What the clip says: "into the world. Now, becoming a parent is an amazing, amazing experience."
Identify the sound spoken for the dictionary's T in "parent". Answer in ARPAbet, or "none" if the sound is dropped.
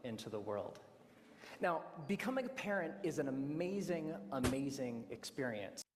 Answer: T